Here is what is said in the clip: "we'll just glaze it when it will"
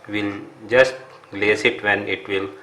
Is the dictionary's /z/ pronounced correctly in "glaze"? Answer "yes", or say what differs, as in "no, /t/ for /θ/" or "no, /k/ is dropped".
no, /s/ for /z/